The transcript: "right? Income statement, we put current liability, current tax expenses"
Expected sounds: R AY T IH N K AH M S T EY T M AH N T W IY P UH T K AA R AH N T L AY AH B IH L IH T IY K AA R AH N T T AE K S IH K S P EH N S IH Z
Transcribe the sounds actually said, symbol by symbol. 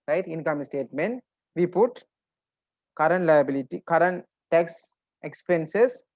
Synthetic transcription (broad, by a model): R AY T IH N K AH M S T EY T M AH N T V IY P UH T K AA R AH N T L AY AH B IH L IH T IY K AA R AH N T T AE K S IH K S P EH N S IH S